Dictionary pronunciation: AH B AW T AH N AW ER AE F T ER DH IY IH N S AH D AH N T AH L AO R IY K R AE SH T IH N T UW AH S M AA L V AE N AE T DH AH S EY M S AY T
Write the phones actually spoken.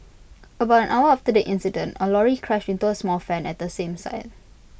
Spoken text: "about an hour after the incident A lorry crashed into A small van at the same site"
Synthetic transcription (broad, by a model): AH B AW T AH N AW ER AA F T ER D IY IH N S AH D AH N T AH L AO R IY K R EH SH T IH N T UW AH S M AA L F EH N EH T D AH S EY M S AY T